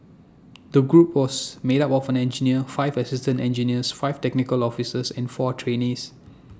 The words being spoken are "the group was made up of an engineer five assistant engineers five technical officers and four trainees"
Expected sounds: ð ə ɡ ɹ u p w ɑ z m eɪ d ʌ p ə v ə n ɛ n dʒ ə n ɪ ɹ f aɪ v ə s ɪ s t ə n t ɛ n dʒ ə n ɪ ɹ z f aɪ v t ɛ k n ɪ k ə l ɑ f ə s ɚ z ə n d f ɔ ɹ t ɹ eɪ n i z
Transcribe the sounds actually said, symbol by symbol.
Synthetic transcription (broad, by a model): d ə ɡ ɹ u p w ɑ s m eɪ d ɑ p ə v ə n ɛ n dʒ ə n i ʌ f aɪ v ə s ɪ s t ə n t ɛ n dʒ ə n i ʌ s f aɪ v t ɛ k n ɪ k ə l ɑ f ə s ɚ s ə n f ɔ t ɹ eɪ n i s